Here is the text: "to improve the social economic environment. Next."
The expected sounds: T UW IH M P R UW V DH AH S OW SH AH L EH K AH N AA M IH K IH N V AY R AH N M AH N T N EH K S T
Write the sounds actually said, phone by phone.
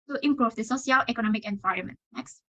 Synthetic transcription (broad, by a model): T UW IH M P R UW V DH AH S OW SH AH L EH K AH N AA M IH K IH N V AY R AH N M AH N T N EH K S T